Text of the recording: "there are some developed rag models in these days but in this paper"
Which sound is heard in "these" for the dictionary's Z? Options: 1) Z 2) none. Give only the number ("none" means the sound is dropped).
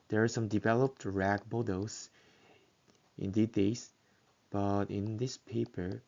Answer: 2